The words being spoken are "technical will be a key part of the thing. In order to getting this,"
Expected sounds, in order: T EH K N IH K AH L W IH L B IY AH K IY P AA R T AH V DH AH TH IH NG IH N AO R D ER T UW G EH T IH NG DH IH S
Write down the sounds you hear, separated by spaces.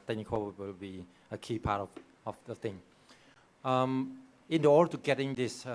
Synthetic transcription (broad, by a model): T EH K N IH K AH W IH L B IY AH K IY P AA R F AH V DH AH T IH NG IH N AO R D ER T UW G EH T IH NG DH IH S